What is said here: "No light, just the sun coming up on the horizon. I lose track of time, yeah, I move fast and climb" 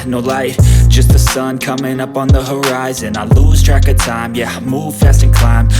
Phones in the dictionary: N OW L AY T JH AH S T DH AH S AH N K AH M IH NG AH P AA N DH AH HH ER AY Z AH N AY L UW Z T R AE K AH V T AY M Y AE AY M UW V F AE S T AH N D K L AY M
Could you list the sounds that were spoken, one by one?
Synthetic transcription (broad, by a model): N OW L AY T JH AH S T DH AH S AH N K AH M IH NG AH P N DH AH HH ER AY Z AH N AY L UW Z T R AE K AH T AY M Y AE M UW V F AE S T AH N K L AY M